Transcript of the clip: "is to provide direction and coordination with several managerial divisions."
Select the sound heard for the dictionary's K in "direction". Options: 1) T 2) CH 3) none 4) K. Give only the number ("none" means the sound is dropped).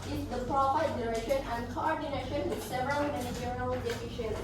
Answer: 3